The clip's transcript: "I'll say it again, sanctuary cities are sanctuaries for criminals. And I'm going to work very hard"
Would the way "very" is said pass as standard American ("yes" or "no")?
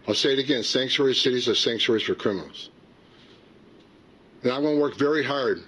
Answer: yes